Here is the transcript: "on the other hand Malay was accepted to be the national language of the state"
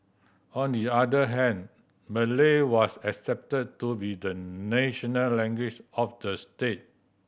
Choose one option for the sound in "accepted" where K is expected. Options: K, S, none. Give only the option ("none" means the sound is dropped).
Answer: K